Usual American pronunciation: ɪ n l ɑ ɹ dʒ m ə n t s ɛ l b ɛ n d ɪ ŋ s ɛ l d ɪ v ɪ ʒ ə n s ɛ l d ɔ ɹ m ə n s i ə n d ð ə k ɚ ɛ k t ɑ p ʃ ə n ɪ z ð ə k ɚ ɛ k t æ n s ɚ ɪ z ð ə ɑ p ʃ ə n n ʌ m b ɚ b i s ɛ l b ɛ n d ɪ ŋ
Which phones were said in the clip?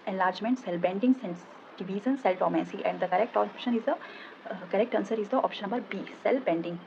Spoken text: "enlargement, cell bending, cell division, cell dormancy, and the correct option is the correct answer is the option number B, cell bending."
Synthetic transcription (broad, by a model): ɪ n l ɑ ɹ dʒ m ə n t s ɛ l b ɛ n d ɪ ŋ s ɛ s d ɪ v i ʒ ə n s ɛ l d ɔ m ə s i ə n d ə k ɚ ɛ k t ɑ p ʃ ə n ɪ z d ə k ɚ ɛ k t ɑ n s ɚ ɪ z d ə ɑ p ʃ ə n n ʌ m b ɚ b i s ɛ l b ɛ n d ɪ ŋ